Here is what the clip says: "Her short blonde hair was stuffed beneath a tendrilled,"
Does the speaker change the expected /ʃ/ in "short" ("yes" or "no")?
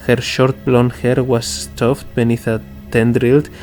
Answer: no